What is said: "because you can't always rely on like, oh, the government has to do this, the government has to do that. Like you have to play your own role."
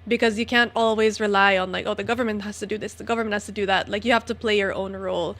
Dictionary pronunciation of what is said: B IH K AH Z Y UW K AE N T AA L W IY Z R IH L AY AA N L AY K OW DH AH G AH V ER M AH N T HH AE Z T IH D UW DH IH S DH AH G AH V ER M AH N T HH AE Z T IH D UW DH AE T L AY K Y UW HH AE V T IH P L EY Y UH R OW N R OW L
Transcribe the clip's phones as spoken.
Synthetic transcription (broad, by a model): B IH K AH Z Y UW K AE N T AA L W IY Z R IH L AY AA N L AY K OW DH AH G AH V ER M AH N T HH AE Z T IH D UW DH IH S DH AH G AH V ER M AH N T HH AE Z T IH D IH DH AE T L AY K Y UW HH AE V T IH P L EY Y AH R OW N R OW L